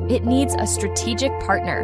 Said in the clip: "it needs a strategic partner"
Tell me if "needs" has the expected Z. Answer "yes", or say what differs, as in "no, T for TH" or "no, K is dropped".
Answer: yes